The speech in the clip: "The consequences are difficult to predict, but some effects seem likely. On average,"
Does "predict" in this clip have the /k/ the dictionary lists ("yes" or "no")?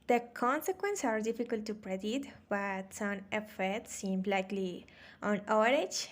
no